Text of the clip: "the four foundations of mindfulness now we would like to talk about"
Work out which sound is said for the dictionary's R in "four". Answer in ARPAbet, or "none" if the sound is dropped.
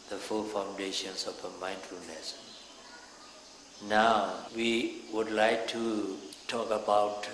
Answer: L